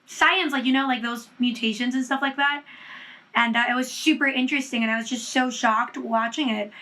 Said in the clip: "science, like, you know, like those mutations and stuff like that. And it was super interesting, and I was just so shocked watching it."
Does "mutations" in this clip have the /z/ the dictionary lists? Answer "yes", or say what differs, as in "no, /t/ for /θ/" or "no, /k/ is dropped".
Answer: yes